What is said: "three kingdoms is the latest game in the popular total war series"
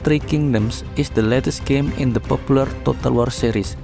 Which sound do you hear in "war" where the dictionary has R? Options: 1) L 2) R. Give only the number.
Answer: 2